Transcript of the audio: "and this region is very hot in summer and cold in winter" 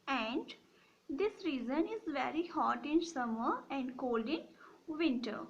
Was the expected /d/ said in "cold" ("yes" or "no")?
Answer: yes